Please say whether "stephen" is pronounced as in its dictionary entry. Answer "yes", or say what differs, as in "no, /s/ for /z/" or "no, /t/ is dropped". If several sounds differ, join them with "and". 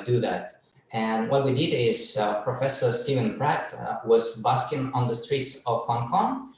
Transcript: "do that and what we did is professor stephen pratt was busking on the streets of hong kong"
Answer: yes